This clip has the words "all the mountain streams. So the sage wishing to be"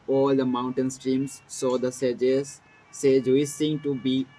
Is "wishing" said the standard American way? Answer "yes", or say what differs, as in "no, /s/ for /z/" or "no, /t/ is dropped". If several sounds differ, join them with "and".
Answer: no, /s/ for /ʃ/